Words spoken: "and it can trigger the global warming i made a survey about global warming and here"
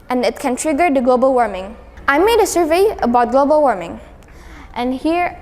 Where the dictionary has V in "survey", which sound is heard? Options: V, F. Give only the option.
V